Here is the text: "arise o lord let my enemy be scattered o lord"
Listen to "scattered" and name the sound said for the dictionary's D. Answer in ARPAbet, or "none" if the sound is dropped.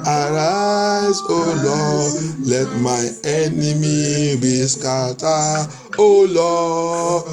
none